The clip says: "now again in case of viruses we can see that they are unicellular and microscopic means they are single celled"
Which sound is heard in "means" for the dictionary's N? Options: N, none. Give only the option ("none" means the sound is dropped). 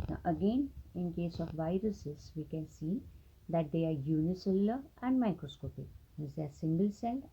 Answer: none